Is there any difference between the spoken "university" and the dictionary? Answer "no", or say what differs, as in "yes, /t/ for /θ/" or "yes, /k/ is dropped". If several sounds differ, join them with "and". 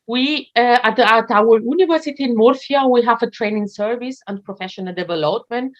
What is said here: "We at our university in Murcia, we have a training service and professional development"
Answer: no